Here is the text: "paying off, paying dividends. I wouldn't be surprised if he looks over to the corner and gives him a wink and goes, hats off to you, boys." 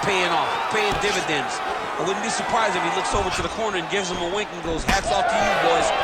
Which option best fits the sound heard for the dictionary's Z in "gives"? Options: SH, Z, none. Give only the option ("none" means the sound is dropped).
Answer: Z